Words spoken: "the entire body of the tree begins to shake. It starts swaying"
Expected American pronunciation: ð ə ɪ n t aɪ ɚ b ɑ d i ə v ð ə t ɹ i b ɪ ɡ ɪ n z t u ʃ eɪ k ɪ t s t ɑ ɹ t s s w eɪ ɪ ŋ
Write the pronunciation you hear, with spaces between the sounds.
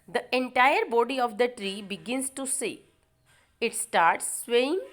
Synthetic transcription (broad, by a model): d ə ɪ n t aɪ ɚ b ɑ d i ə v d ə t ɹ i b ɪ ɡ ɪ n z t u s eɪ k ɪ t s t ɑ ɹ t s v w eɪ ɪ ŋ